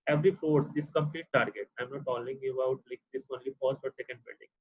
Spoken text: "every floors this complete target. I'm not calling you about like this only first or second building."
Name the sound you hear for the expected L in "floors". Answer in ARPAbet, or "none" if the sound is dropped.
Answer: none